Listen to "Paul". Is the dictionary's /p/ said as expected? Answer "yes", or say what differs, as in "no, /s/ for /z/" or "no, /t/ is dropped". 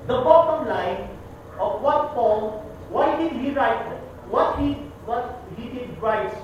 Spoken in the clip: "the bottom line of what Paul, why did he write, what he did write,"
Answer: no, /f/ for /p/